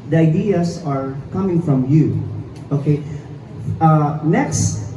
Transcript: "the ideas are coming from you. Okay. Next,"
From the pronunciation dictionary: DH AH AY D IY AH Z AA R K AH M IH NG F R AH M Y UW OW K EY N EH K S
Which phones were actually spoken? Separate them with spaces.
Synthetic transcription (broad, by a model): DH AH AY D IY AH S AA R K AH M IH NG F R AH M Y UW OW K EY N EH K S